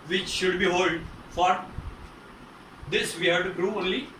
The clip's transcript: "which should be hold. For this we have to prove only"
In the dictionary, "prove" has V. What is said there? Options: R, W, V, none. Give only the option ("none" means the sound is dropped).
none